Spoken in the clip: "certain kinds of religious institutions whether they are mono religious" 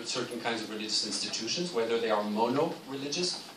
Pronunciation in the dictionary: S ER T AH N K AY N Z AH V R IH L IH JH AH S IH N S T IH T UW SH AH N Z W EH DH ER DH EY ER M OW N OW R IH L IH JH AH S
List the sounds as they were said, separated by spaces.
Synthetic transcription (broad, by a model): S ER T N K AY N Z AH V R IH L IH JH AH S IH N S T IH T UW SH AH N Z W EH DH ER DH EY ER M OW N OW R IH L IH JH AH S